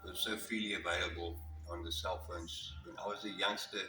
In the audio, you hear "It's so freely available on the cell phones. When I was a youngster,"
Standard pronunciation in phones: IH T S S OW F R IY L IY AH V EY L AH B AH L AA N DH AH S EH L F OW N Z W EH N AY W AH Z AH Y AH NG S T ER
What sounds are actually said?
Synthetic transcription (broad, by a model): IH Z S OW F IY L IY AH V EY L AH B AH L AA N DH AH S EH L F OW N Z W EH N AY W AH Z AH Y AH NG S T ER